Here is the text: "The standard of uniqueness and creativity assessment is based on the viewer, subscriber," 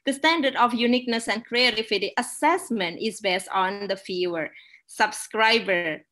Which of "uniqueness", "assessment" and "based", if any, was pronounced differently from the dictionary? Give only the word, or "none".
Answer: none